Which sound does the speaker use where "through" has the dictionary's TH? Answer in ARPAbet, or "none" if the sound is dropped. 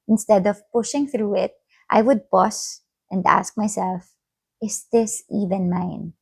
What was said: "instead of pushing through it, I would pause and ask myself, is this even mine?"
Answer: TH